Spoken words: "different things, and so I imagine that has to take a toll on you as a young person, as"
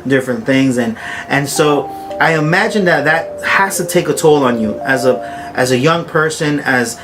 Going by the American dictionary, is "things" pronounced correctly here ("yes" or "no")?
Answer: yes